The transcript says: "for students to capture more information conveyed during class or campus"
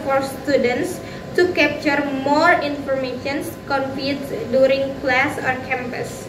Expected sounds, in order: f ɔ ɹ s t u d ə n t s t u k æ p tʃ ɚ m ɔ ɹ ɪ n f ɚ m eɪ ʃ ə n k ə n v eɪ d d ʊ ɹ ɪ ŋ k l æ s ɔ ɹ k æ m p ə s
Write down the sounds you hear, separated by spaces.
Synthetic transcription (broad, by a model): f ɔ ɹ s t u d ə n t s t u k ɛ p tʃ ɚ m ɔ ɹ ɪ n f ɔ m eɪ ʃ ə n k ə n p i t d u ɹ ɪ ŋ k l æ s ɔ ɹ k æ m p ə s